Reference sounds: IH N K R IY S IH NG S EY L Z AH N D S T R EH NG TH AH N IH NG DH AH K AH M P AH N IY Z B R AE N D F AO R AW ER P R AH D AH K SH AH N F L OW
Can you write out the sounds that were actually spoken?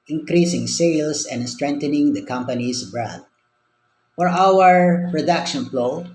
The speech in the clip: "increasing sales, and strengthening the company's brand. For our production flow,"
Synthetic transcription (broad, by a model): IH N K R IY S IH NG S EY L S AH N D S T R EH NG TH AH N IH NG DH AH K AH M P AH N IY S B R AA D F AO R AW ER P R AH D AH K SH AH N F L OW